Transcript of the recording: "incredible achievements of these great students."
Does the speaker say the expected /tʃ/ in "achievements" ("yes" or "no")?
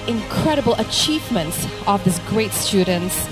yes